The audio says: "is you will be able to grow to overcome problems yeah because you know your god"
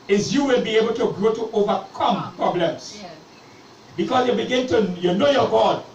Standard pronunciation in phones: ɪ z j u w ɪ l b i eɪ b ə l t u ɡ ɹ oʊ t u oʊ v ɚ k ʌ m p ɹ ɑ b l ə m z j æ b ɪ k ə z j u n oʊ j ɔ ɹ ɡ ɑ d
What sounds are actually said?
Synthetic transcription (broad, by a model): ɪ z j u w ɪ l b i eɪ b ə l t u ɡ ɹ oʊ t u oʊ v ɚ k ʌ m p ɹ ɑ b l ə m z j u b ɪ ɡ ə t j u n oʊ j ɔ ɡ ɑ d